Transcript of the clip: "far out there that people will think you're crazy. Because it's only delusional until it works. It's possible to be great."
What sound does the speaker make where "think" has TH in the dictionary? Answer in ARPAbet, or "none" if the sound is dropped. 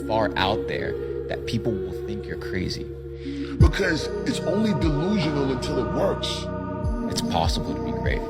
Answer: TH